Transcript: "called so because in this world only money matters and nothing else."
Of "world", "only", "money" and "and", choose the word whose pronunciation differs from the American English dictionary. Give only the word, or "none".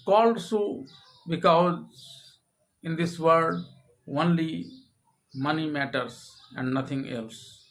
world